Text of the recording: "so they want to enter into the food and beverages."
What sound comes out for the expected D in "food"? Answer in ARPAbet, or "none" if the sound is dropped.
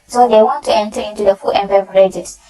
none